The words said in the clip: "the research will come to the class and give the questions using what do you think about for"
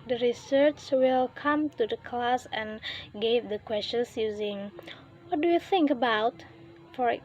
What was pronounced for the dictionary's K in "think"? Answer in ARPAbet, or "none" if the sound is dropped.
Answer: K